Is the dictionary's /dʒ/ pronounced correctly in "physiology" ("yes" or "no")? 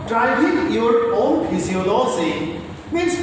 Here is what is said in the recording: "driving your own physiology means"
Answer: no